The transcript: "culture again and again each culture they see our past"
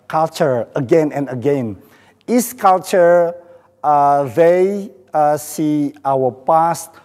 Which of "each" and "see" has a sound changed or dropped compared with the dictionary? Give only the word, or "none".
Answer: each